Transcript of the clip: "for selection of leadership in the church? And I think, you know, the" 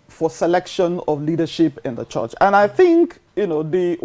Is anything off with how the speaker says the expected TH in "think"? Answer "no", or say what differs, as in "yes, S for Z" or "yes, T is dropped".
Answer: no